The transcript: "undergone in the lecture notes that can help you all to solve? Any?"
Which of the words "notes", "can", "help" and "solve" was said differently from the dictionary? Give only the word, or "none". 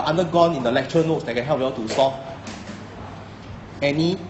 solve